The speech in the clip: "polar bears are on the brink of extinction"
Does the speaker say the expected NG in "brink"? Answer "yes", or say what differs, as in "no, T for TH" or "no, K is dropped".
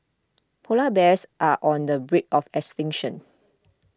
no, NG is dropped